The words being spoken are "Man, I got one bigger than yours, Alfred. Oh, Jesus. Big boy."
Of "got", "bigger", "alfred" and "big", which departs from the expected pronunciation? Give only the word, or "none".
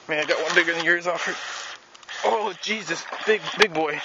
alfred